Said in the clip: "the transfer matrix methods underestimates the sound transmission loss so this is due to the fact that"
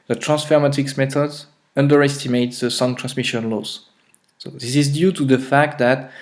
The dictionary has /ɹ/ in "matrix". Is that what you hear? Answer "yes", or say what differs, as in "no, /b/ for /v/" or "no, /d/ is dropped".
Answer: no, /ɹ/ is dropped